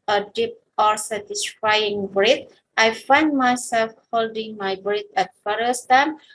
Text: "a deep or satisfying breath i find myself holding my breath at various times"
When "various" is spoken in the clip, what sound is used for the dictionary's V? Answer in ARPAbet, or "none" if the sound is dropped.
F